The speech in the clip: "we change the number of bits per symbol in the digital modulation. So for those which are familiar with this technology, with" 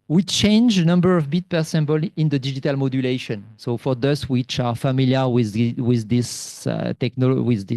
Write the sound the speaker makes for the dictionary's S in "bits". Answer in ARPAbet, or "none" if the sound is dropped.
none